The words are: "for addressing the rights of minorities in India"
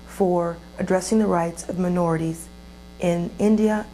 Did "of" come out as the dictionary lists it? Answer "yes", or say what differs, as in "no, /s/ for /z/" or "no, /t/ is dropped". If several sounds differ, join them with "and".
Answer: yes